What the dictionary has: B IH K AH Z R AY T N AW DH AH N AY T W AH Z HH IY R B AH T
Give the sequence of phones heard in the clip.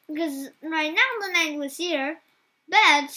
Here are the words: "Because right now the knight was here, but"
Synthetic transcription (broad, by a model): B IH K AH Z R AY T N AW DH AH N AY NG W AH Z HH IY R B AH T